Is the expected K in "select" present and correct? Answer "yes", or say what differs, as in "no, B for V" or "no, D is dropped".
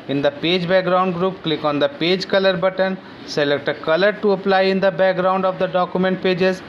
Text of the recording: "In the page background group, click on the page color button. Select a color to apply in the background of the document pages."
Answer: yes